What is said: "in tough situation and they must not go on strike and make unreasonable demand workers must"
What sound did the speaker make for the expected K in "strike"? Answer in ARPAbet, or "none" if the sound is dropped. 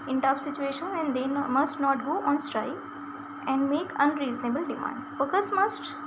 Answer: none